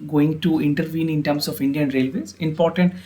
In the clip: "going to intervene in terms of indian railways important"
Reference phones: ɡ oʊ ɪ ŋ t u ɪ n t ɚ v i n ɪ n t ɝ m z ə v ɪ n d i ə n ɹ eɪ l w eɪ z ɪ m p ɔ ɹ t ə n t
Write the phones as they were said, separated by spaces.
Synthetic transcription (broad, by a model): ɡ oʊ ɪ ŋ t u ɪ n t ɚ v i n ɪ n t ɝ m s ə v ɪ n d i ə n ɹ eɪ l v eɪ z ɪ m p ɔ ɹ t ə n t